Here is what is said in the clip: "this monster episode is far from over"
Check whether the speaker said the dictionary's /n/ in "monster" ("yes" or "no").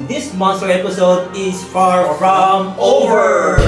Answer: yes